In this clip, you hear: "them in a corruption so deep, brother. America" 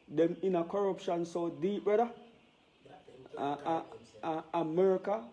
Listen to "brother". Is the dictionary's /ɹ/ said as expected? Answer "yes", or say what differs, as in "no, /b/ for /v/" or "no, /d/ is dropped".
no, /ɹ/ is dropped